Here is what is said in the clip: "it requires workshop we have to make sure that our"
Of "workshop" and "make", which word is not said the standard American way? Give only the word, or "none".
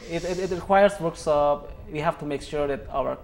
workshop